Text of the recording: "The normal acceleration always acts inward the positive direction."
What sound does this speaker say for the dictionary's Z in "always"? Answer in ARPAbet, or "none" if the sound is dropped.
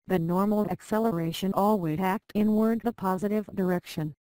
none